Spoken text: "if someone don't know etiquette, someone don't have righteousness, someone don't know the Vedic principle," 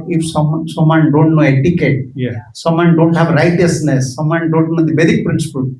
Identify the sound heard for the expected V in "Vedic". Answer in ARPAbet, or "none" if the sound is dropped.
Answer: B